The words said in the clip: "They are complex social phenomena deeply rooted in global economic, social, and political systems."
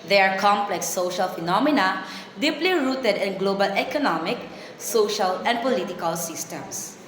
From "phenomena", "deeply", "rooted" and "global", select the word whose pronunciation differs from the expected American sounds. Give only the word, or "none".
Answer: none